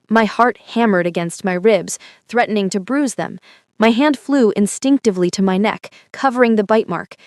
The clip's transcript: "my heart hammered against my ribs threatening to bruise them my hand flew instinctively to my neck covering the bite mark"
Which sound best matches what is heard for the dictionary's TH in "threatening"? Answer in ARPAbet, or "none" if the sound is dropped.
TH